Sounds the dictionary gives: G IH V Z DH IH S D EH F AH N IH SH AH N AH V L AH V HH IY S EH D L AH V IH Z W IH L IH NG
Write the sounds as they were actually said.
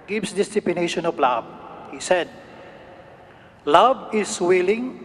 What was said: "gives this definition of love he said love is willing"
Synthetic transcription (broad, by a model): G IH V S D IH S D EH P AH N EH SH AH N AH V L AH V HH IY S EH D L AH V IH S W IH L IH NG